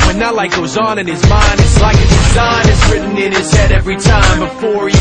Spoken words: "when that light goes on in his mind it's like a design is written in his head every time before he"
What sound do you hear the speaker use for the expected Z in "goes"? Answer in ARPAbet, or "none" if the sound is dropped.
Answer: Z